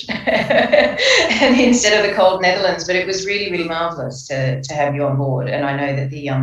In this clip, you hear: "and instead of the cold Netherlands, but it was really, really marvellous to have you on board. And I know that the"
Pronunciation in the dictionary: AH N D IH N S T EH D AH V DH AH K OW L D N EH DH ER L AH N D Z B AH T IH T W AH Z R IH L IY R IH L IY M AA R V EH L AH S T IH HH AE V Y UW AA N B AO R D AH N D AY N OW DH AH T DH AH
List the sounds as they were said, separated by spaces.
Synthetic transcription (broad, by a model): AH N IH N S T EH D AH V DH AH K OW L D N EH DH ER L AH N D Z B AH T IH T W AH Z R IH L IY R IH L IY M AA R V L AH S T IH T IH V Y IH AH N B AO R D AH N AY N OW DH AH T DH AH